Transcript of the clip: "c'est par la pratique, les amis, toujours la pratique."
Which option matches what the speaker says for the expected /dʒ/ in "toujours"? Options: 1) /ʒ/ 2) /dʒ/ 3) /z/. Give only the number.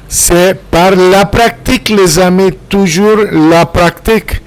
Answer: 1